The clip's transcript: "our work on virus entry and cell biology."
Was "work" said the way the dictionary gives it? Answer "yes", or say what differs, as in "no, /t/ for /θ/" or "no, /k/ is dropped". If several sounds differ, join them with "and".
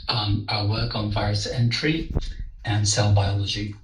yes